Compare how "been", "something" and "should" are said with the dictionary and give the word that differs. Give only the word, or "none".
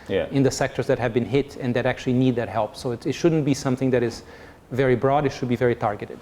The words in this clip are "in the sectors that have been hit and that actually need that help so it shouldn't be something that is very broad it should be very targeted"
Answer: none